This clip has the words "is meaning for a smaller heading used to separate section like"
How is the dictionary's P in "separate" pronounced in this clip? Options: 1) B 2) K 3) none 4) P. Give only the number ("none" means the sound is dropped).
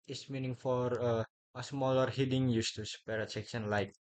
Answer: 3